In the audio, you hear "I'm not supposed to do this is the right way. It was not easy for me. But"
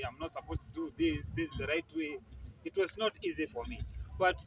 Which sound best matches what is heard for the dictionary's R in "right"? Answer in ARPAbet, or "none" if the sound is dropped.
R